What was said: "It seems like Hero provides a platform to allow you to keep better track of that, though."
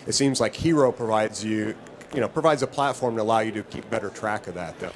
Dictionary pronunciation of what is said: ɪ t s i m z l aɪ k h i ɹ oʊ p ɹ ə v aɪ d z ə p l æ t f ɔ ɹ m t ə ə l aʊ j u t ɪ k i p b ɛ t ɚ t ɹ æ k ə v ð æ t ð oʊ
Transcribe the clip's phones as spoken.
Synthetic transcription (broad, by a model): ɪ t s i m z l aɪ k h i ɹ oʊ p ɹ ə v aɪ d z ə p l æ t f ɔ ɹ m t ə ə l aʊ j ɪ t ɪ k i p b ɛ t ɚ t ɹ æ k ə v ð æ t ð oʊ